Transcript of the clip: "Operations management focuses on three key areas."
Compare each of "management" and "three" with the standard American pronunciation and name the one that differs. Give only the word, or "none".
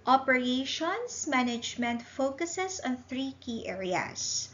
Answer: none